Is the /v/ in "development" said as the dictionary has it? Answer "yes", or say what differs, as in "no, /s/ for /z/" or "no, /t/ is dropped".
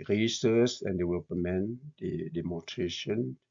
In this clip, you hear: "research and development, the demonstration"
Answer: no, /w/ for /v/